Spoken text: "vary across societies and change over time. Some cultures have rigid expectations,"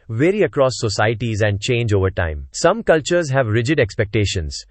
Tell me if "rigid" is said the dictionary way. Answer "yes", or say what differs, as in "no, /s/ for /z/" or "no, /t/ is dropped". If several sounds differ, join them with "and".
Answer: yes